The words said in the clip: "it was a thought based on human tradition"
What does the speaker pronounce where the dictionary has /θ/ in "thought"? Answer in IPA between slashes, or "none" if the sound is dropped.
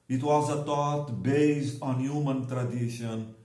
/t/